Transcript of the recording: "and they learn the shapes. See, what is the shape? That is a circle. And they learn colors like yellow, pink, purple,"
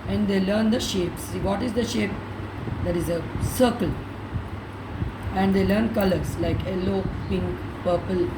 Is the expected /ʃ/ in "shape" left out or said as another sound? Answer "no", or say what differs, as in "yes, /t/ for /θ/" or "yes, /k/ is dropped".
no